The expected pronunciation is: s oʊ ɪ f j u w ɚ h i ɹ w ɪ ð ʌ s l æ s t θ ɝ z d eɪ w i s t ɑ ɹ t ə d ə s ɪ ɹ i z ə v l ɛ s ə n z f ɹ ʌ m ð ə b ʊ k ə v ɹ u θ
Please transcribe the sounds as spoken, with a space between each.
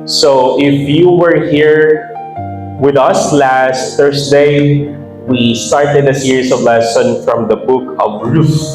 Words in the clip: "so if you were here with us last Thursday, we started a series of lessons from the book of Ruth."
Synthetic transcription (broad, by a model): s oʊ ɪ f j u w ɚ h i ɹ w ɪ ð ʌ s l æ s t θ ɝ s d eɪ w i s t ɑ ɹ t ə d ə s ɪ ɹ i s ə v l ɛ s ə n f ɹ ʌ m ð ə b ʊ k ə v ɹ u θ